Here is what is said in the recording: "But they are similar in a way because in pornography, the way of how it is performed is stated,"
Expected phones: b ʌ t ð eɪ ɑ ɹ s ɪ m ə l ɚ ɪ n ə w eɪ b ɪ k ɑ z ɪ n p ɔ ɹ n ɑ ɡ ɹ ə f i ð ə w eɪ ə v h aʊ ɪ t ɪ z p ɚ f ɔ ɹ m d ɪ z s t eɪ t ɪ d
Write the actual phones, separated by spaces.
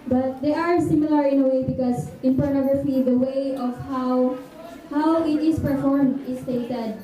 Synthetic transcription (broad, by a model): b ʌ t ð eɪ ɑ ɹ s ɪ m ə l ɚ ɪ n ə w eɪ b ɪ k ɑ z ɪ n p ɔ ɹ n ɑ ɡ ɹ ə f i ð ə w eɪ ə w h aʊ ɪ t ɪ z p ɚ f ɔ ɹ m d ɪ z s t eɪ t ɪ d